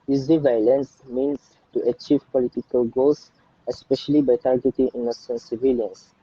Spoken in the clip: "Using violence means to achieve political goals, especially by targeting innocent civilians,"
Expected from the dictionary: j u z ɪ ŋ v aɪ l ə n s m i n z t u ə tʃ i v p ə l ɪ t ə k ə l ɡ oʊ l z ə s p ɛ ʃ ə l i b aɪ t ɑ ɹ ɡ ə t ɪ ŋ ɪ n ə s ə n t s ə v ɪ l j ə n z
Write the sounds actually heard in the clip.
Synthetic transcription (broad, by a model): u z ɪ v aɪ l ə n s m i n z t u ə tʃ i v p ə l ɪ t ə k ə l ɡ oʊ l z ə s p ɛ ʃ ə l i b aɪ t ɑ ɹ ɡ ə t ɪ ŋ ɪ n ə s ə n s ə v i l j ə n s